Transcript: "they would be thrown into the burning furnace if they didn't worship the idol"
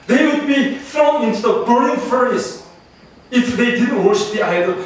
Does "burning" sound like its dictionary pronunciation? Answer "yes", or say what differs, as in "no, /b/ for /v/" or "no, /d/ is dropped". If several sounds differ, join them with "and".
no, /n/ is dropped